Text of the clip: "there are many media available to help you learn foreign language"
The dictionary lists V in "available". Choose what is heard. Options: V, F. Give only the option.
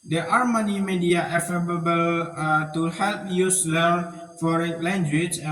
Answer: F